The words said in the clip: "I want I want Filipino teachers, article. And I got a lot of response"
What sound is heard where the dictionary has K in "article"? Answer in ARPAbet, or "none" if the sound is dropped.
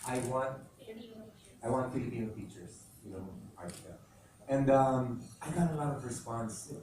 none